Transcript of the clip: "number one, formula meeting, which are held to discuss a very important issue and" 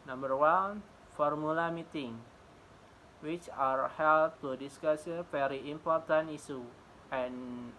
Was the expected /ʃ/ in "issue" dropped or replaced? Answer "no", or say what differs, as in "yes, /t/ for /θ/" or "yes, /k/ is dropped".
yes, /s/ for /ʃ/